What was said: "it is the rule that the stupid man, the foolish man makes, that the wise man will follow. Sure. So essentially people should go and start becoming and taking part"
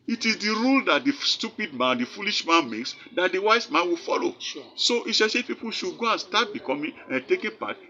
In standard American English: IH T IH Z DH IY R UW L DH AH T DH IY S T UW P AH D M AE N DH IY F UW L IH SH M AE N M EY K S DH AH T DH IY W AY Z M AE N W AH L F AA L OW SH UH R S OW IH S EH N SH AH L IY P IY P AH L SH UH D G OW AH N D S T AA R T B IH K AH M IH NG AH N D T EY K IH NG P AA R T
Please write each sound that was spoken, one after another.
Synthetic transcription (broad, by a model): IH T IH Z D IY R UW L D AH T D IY S T UW P AH D M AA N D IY F UW L IH SH M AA N M EY K S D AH T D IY W AY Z M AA N W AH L F AA L OW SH S OW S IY SH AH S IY P IY P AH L SH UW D G OW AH N S T AA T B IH K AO M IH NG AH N T EY K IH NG P AA T